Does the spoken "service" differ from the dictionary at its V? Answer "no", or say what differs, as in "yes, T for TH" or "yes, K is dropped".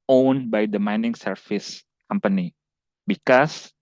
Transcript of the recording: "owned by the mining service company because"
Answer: yes, F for V